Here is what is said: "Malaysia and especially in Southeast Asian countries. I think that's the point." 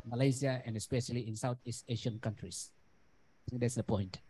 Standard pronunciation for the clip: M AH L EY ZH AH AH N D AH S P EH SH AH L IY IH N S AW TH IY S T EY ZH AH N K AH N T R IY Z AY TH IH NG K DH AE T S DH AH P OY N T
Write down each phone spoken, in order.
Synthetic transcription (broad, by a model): M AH L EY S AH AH N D AH S P EH SH AH L IY IH N S AW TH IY S T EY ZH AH N K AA N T R IY S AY T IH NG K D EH T S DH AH P OY N T